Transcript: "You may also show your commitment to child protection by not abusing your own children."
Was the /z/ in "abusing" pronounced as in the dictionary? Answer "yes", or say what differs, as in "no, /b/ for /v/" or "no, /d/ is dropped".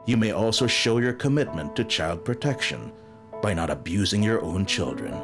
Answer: yes